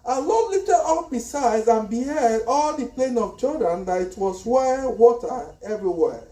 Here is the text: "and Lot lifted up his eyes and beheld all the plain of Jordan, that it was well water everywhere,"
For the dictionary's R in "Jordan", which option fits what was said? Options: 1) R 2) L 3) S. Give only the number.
2